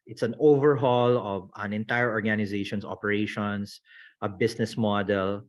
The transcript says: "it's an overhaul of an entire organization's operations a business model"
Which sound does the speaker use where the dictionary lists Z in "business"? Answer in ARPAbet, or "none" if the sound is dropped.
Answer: S